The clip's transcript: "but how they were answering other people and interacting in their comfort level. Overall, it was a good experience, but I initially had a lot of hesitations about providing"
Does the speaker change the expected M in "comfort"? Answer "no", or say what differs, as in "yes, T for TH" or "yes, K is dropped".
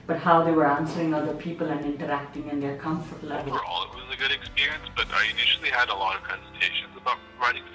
no